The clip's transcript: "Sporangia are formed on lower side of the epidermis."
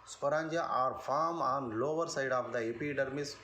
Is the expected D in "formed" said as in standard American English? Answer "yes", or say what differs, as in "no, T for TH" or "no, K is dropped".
no, D is dropped